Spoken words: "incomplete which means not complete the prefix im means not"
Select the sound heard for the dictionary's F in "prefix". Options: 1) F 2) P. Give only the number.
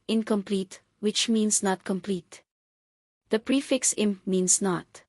1